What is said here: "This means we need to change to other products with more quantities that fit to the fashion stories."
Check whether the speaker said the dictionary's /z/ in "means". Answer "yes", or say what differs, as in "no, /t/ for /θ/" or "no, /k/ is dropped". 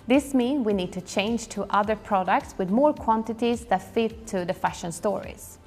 no, /z/ is dropped